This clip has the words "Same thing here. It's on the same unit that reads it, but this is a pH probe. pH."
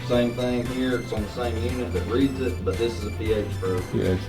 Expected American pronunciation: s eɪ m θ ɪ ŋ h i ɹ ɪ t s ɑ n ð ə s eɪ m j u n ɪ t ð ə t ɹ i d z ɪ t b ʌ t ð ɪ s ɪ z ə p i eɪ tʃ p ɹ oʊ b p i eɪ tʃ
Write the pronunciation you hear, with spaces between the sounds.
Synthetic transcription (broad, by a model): s eɪ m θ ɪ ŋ h i ɹ ɪ t s n ð ə s eɪ m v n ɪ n ð ə t ɹ i d z ɪ t b ʌ t ð ɪ s ɪ z ə p i eɪ tʃ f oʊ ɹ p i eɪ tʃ